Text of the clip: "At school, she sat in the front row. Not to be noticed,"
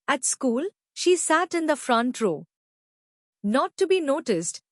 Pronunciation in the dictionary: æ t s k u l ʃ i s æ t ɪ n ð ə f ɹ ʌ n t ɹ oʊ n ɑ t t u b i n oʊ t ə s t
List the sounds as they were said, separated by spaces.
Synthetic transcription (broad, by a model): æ t s k u l ʃ i s æ t ɪ n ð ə f ɹ ʌ n t ɹ oʊ n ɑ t t u b i n oʊ t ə s t